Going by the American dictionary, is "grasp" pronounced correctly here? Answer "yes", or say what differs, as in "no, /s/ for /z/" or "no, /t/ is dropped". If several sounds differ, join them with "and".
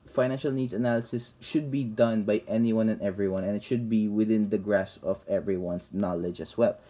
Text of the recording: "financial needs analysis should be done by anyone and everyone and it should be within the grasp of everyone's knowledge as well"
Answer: no, /p/ is dropped